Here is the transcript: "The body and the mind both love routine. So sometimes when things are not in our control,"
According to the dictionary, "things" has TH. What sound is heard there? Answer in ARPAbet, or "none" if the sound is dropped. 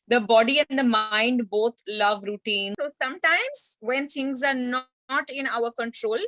T